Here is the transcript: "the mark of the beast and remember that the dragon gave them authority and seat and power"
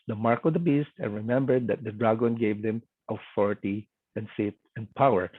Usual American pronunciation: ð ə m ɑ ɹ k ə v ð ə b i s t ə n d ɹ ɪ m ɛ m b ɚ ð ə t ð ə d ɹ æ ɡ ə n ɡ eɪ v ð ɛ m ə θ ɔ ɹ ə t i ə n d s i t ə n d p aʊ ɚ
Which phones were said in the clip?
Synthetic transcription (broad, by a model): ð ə m ɑ ɹ k ə v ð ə b i s t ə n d ɹ ɪ m ɛ m b ɚ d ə t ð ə d ɹ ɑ ɡ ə n ɡ eɪ v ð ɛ m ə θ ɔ ɹ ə t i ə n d s i t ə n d p aʊ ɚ